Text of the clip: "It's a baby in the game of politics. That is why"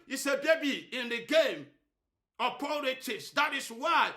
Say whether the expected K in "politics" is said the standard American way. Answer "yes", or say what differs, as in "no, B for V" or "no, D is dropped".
no, K is dropped